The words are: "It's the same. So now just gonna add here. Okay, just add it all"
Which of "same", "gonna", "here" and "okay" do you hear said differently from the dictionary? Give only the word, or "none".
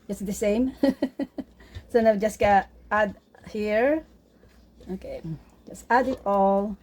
gonna